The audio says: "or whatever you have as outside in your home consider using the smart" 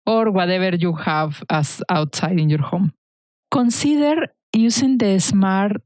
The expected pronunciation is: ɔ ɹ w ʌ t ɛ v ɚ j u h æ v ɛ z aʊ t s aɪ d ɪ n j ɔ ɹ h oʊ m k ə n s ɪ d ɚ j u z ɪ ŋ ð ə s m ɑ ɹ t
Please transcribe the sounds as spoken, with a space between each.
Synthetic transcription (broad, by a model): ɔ ɹ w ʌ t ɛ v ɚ j u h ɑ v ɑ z aʊ t s aɪ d ɪ n j ɔ ɹ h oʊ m k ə n s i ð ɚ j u s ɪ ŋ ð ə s m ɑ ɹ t